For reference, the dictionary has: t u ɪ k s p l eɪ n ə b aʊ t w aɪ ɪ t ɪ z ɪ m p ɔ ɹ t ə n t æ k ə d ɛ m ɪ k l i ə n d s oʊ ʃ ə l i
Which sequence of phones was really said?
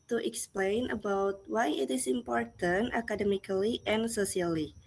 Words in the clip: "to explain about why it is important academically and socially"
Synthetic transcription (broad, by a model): t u ɪ k s p l eɪ n ə b aʊ t w aɪ ɪ t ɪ s ɪ m p ɔ ɹ t ə n t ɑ k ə d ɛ m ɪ k l i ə n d s oʊ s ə l i